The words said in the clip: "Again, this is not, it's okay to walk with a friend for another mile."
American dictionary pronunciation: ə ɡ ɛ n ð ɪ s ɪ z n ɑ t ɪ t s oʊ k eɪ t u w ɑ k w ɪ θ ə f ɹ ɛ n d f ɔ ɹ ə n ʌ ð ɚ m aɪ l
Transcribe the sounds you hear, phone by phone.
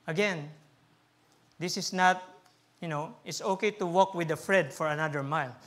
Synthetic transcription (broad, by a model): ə ɡ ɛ n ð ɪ s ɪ s n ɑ t ɪ t s oʊ k eɪ t u w ɑ k w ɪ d ə f ɹ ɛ d f ɔ ɹ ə n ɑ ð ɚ m aɪ l